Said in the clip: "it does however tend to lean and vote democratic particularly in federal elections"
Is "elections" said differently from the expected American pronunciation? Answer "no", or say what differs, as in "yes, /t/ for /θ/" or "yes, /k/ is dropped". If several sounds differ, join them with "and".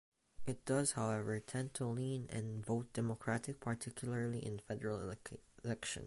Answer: yes, /z/ is dropped